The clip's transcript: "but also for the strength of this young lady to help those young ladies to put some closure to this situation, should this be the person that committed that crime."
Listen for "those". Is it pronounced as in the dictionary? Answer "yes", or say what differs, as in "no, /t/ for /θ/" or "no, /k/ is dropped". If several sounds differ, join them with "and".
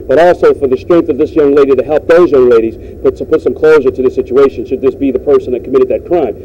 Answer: yes